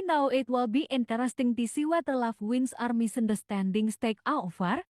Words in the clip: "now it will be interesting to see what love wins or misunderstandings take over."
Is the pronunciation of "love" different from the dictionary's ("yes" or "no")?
yes